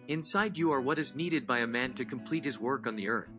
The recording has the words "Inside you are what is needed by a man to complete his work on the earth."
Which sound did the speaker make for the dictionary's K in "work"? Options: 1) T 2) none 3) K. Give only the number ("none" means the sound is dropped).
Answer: 3